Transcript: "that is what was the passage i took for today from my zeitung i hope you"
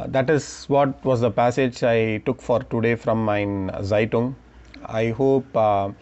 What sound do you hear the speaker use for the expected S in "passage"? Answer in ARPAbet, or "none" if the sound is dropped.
S